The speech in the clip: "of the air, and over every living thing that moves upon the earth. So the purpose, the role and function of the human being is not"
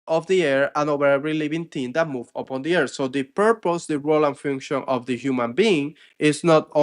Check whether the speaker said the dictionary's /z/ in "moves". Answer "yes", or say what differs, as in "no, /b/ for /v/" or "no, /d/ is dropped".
no, /z/ is dropped